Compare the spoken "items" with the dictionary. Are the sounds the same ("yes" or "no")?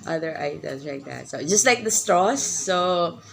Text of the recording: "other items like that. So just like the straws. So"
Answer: no